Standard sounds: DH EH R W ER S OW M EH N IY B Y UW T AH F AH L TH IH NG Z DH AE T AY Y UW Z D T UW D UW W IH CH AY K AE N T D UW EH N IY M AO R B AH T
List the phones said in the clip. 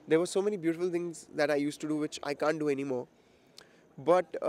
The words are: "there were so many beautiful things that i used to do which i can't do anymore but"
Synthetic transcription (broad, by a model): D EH R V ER S OW M EH N IY B Y UW T AH F AH L T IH NG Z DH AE T AY Y UW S T UW D UW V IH CH AY K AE N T D UW EH N IY M AO R B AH T